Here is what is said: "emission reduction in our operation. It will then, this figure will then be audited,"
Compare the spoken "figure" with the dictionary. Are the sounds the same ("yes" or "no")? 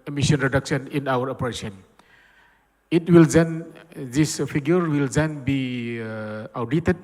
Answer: no